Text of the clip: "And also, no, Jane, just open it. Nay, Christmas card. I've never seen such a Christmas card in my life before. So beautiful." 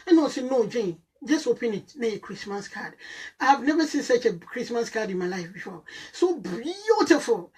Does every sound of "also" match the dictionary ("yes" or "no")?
no